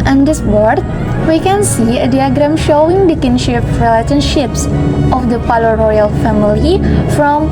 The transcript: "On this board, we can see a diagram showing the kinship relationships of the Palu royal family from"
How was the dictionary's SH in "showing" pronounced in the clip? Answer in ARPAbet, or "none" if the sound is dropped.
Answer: SH